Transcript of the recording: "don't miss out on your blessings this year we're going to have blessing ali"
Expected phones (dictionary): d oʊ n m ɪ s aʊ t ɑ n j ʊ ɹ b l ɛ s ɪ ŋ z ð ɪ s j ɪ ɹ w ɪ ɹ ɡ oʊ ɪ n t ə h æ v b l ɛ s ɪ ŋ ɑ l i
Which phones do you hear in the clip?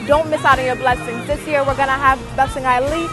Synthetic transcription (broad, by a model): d oʊ n m ɪ s aʊ t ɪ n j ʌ ɹ b l ɛ s ɪ ŋ z ð ɪ s j ɪ ɹ w ɪ ɹ ɡ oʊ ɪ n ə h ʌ v b l ɛ s ɪ ŋ ɑ l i